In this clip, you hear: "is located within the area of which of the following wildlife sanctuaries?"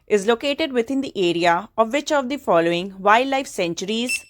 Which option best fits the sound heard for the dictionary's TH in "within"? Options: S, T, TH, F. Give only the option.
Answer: T